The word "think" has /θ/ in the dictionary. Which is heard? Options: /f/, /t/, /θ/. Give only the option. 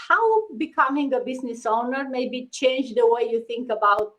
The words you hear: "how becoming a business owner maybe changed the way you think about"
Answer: /t/